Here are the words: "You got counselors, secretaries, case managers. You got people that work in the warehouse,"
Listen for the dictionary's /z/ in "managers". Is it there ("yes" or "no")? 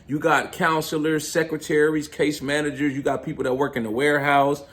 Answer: yes